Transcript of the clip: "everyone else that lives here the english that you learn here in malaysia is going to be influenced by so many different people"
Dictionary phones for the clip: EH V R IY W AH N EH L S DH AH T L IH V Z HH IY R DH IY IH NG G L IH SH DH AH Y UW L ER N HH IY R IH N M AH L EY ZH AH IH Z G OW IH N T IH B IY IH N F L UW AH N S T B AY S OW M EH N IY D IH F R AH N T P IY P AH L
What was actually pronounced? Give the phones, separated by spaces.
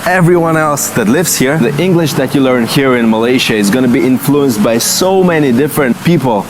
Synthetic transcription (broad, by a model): EH V R IY W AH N EH L S DH AH T L IH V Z HH IY R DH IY IH NG G L IH SH DH AH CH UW L ER N HH IY R IH N M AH L EY SH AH IH Z G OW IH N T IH B IY IH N F L UW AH N S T B AY S OW M EH N IY D IH F R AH N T P IY P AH L